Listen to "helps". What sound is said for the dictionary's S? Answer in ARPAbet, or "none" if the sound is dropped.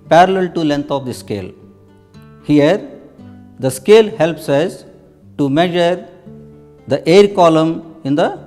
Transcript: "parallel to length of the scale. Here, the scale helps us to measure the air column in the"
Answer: S